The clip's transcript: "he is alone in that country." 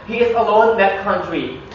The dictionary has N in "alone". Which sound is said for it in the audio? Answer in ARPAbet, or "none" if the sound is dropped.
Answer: none